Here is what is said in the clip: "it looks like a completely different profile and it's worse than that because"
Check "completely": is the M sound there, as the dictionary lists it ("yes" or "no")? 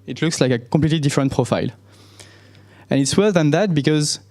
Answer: no